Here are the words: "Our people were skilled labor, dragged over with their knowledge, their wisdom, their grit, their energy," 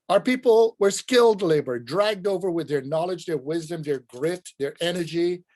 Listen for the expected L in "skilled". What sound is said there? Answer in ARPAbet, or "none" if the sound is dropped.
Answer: L